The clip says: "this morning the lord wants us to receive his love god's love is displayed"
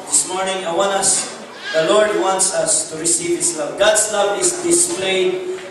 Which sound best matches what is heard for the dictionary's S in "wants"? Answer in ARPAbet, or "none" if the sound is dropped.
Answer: S